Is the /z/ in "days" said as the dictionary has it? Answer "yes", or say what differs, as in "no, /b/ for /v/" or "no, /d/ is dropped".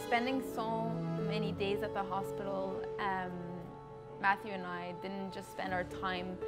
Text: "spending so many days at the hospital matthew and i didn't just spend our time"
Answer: yes